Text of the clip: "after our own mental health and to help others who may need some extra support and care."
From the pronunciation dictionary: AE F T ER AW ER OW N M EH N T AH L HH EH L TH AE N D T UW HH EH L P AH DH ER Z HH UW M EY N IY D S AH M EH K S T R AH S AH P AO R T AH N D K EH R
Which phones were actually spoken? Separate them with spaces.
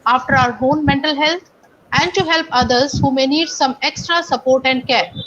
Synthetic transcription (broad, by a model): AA F T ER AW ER OW N M EH N T AH L HH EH L T AE N D T UW HH EH L P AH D ER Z HH UW M EY N IY D S AH M EH K S T R AH S AH P AO R T AH N D K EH R